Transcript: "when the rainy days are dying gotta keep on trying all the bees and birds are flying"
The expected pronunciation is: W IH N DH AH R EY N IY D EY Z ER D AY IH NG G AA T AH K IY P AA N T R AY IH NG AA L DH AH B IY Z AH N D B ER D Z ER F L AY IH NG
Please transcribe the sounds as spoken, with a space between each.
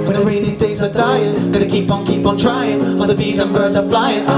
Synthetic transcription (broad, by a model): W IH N DH AH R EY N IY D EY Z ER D AY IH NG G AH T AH K IY P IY N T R AY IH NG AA N DH AH B IY Z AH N B ER D Z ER F L AY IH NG